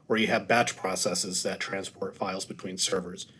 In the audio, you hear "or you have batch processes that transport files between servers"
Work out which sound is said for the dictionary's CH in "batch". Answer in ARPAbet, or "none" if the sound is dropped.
CH